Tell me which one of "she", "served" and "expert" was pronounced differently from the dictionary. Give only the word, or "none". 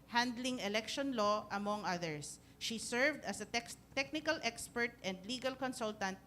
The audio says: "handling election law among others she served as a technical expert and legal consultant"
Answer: none